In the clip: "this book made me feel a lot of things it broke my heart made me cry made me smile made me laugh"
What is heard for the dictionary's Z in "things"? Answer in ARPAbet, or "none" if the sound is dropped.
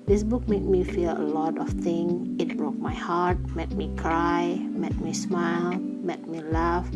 none